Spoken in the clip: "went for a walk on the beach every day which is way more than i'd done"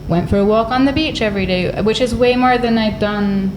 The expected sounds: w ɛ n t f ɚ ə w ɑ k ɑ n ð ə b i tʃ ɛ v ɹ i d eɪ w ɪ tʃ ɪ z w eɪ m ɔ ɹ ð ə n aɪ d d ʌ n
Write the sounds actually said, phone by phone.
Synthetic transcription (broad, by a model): w ɛ n t f ɚ ə w ɑ k n ð ə b i tʃ ɛ v ɹ i d eɪ w ɪ tʃ ɪ z w eɪ m ɔ ɹ ð ə n aɪ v d ʌ n